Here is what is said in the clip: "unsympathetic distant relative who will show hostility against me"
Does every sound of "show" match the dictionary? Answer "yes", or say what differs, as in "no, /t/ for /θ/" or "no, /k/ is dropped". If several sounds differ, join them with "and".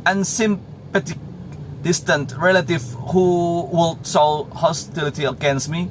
no, /s/ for /ʃ/